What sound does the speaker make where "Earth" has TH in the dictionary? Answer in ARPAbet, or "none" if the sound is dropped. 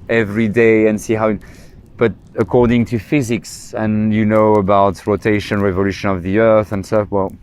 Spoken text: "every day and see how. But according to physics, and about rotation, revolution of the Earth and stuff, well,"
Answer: TH